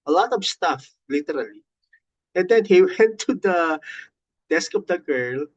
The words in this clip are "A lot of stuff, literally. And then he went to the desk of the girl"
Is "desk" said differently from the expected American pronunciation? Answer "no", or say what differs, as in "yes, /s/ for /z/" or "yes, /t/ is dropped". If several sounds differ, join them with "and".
no